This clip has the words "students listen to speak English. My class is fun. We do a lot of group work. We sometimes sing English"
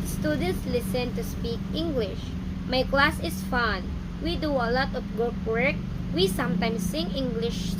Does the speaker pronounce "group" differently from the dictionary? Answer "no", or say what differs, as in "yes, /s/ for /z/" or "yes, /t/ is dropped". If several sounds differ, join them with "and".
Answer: yes, /ɹ/ is dropped